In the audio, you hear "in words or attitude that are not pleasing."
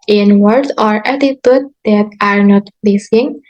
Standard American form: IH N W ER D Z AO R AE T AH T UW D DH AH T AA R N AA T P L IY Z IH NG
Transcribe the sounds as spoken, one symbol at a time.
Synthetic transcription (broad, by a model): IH N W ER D AO R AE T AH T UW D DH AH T AA R N AA T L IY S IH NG